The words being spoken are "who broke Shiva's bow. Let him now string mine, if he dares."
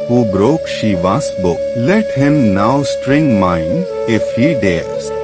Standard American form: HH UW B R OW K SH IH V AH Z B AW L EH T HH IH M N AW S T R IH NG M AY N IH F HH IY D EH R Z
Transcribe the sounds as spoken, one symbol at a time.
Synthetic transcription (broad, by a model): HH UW B R OW K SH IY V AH S B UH L EH T HH IH M N AW S T R IH NG M AY N IH F HH IY D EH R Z